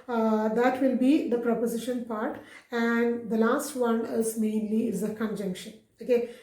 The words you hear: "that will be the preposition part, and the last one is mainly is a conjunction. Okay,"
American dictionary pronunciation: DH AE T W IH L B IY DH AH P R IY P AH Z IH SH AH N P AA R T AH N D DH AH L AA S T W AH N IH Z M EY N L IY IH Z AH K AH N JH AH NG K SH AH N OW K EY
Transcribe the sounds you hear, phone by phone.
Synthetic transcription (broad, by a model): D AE T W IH L B IY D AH P R IY P AH Z IH SH AH N P AA R T AH N D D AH L AA S T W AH N IH Z M EY N L IY IH Z AH K AH N JH AH NG K SH AH N OW K EY